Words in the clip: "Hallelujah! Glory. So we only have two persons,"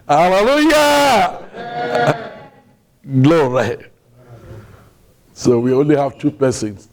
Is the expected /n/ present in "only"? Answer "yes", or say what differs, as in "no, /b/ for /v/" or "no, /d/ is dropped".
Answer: yes